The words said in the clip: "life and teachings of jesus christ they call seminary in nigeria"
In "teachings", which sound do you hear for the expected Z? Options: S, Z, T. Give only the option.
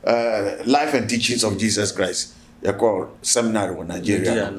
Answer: S